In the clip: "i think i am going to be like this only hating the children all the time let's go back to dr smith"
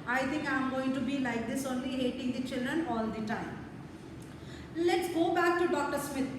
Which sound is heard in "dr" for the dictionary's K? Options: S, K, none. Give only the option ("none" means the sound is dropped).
K